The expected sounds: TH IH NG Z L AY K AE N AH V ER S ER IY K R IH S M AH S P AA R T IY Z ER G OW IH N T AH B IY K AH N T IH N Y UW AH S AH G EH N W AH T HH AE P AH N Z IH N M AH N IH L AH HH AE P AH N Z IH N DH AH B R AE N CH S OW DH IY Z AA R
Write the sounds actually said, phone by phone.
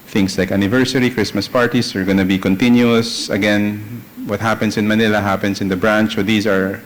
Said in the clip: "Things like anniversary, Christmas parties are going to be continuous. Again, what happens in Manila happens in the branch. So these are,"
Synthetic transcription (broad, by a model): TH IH NG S L AY K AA N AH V ER S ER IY K R IH S M AH S P AA R T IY S ER G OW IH N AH B IY K AH N T IH N Y UW AH S AH G EH N W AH T HH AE P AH N S IH N M AH N IH L AH HH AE P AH N S IH N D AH B R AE N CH S OW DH IY S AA R